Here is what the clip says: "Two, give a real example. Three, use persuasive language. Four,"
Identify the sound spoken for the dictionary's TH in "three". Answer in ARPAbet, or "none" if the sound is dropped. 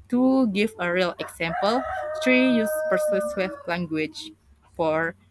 T